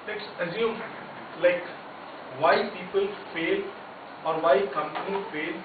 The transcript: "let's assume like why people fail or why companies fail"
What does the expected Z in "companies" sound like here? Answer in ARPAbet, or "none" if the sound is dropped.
none